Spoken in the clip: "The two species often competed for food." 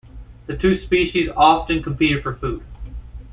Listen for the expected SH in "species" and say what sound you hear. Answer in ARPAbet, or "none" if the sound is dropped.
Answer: SH